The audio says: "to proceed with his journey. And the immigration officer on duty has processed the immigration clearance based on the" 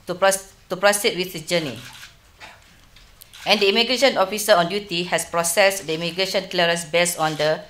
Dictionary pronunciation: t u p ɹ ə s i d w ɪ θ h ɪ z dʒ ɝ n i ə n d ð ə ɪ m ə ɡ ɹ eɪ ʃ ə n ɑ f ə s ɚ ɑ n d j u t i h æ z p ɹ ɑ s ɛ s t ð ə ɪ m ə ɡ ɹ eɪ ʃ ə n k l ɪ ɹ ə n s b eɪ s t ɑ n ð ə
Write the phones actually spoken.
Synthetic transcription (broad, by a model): t u p ɹ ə s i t w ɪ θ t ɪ dʒ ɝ n i ə n d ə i m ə ɡ ɹ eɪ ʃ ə n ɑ f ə s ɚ ɑ n d j u t i h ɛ s p ɹ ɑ s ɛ s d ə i m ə ɡ ɹ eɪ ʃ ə n k l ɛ ɹ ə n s b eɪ s ɑ n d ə